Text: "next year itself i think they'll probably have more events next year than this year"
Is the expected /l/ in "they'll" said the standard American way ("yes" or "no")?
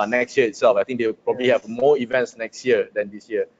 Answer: no